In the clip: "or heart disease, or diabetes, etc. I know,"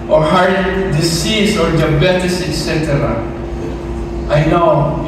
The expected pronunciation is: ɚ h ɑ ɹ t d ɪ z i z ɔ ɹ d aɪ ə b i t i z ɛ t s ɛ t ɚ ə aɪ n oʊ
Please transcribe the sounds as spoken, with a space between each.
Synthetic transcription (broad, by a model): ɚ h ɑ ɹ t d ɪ s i s ɔ ɹ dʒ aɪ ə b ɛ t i s ɛ t s ɛ t ɚ ə aɪ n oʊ